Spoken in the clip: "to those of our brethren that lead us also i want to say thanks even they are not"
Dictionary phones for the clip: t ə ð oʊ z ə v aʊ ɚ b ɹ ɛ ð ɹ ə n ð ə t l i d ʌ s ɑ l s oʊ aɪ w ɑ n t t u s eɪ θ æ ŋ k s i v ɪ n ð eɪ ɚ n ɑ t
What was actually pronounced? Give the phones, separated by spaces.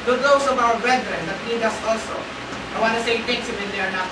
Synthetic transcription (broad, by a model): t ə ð oʊ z ə v aʊ ɚ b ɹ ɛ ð ɹ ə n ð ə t n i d ʌ s ɑ l s oʊ aɪ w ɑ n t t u s eɪ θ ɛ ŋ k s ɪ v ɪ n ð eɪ ɚ n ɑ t